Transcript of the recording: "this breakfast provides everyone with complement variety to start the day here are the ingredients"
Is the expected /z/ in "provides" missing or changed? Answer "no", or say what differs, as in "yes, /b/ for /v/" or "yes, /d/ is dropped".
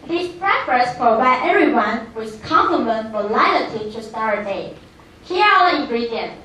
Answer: yes, /z/ is dropped